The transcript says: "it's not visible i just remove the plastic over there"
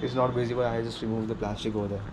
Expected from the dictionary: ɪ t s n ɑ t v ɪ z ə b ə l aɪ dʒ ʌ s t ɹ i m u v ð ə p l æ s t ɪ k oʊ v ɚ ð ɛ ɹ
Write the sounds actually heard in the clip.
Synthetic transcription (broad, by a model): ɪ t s n ɑ t b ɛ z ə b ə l aɪ dʒ ʌ s t ɹ i m u v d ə p l æ s t ɪ k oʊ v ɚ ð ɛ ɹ